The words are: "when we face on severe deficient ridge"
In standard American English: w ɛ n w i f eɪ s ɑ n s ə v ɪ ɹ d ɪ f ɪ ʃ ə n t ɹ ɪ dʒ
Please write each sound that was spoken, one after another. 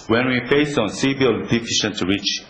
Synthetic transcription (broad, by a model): w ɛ n w i f eɪ s ɑ n s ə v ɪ l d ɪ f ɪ ʃ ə n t ɹ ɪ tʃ